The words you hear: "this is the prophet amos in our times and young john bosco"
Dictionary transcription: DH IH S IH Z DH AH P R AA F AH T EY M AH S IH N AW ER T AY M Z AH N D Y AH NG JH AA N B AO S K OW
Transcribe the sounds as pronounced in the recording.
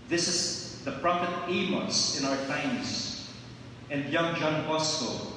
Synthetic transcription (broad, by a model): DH IH S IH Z DH AH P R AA P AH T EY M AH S IH N AW ER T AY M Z AH N D Y AH NG JH AA N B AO S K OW